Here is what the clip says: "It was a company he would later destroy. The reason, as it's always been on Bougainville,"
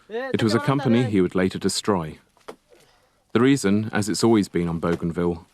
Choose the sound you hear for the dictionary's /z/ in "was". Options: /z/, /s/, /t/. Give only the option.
/z/